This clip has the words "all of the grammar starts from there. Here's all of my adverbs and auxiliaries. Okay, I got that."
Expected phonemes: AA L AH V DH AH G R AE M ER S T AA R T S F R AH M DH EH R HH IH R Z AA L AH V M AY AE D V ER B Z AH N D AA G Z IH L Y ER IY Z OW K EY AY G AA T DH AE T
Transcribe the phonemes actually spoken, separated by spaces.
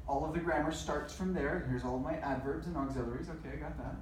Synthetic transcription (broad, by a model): AA L AH V DH AH G R AE M ER S T AA R T S F R AH M DH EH R HH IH R Z AA L AH V M AY AE D V ER B Z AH N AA G Z IH L ER IY Z OW K EY AY G AA T DH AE T